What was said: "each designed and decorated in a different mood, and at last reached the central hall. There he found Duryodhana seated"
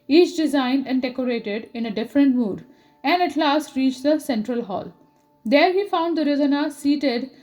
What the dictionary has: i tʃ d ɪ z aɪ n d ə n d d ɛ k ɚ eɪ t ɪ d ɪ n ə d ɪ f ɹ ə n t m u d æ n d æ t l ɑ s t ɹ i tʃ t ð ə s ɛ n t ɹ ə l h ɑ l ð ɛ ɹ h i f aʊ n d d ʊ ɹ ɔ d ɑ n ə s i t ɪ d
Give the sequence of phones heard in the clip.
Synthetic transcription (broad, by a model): i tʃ d ɪ z aɪ n d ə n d d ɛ k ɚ eɪ t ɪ d ɪ n ə d ɪ f ɹ ə n t m u d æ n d æ t l ɑ s t ɹ i tʃ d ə s ɛ n t ɹ ə l h ɑ l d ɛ ɹ h i f aʊ n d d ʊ ɹ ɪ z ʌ n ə s i t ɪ d